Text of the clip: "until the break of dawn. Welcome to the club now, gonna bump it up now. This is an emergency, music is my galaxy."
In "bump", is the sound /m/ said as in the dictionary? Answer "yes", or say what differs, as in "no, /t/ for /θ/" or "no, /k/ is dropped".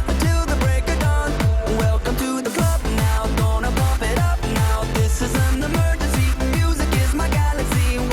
no, /m/ is dropped